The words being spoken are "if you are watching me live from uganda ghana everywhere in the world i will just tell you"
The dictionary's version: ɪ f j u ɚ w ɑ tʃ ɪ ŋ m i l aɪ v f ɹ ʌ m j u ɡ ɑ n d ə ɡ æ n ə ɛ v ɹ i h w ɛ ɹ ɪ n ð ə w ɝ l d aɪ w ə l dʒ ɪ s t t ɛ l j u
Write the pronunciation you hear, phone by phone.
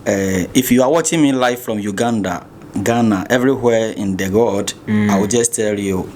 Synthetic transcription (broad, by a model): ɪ f j u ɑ w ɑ tʃ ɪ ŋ m i l aɪ f ɹ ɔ m j u ɡ ɑ n d ə ɡ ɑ n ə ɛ v ɹ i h w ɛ ɪ n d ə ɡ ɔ d aɪ w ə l dʒ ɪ s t t ɛ l j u